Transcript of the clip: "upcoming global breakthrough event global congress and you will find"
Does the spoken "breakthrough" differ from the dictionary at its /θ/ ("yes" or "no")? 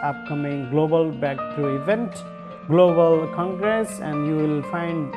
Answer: yes